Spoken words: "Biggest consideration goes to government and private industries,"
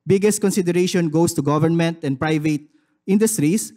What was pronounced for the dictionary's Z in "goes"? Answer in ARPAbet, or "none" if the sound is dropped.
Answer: S